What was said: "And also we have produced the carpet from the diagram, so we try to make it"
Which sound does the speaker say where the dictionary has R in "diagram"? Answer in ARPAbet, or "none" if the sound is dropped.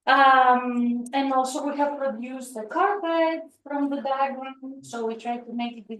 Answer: none